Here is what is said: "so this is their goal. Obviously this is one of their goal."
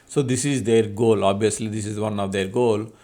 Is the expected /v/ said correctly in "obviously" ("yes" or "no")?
no